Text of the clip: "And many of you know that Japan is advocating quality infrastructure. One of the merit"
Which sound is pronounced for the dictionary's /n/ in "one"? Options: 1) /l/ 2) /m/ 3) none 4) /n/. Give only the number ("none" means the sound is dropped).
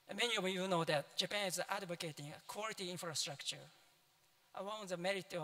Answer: 1